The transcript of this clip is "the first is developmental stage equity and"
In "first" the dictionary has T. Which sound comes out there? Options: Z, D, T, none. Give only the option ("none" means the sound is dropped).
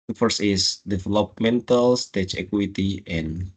none